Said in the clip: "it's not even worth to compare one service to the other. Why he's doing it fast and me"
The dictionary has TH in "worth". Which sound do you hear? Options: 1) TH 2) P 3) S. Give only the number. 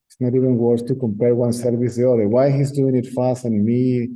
3